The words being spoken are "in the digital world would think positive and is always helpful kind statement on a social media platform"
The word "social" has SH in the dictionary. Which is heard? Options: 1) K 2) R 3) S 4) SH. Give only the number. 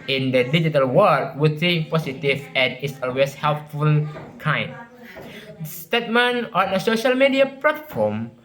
4